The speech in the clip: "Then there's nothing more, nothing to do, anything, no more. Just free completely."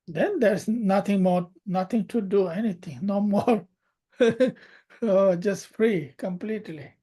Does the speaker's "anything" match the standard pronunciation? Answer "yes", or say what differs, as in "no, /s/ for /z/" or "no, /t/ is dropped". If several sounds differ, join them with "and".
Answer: no, /t/ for /θ/